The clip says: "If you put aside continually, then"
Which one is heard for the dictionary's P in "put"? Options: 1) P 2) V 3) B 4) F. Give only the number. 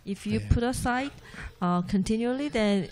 1